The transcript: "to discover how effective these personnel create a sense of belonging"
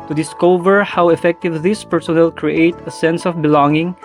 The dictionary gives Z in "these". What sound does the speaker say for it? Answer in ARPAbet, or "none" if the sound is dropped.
S